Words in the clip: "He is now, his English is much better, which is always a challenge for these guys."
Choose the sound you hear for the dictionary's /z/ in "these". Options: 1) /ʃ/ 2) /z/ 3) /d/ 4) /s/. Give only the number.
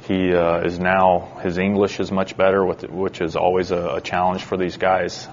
2